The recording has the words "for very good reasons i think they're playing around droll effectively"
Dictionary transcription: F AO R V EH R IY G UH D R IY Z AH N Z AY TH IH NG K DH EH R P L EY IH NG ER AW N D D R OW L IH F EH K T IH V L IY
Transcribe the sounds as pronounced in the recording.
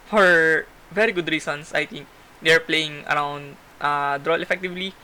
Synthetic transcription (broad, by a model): F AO R V EH R IY G UH D R IY S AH N S AY T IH NG K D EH R P L EY IH NG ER AW N D D R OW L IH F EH K T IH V L IY